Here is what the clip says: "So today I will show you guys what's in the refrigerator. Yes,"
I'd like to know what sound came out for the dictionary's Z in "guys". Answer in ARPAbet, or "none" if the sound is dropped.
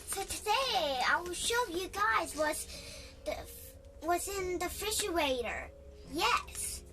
Z